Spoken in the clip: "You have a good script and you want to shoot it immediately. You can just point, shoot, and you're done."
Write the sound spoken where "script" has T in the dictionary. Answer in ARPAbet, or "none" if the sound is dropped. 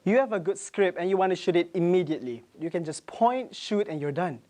none